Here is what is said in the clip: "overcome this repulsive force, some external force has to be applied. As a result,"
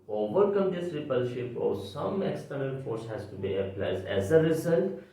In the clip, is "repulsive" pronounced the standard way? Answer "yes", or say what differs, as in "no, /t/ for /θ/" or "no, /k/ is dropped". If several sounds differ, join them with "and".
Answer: no, /ʃ/ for /s/